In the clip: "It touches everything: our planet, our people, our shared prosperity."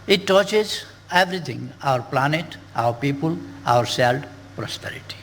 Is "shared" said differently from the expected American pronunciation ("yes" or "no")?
yes